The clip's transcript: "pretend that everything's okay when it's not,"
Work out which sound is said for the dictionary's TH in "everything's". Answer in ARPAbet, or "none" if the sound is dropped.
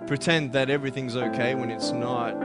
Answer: TH